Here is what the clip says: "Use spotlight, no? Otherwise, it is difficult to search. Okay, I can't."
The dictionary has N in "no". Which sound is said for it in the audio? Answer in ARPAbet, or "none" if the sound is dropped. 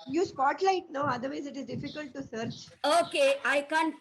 N